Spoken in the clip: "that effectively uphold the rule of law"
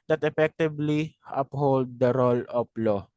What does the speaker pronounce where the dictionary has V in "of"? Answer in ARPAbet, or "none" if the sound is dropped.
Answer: P